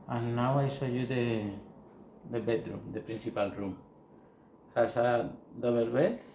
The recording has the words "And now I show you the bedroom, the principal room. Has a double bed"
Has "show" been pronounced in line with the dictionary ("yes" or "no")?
no